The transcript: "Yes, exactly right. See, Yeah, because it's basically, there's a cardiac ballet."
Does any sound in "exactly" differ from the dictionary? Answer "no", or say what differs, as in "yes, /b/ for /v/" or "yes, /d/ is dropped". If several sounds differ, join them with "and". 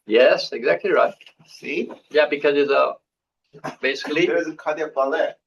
no